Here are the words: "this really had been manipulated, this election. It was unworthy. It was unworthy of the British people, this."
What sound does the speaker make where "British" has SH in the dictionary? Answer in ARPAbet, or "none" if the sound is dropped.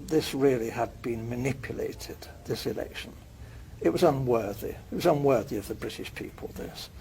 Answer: SH